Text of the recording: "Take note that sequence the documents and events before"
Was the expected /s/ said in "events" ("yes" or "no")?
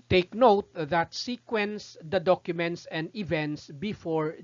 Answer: yes